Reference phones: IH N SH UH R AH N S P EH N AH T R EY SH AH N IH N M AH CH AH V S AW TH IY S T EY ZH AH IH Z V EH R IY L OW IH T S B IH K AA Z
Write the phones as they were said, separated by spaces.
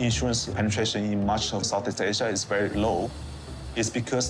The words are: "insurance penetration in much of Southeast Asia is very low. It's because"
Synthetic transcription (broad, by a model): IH N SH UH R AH N S P EH N AH T R EY SH AH N IH N M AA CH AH S AW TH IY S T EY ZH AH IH S V EH R IY L OW IH T S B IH K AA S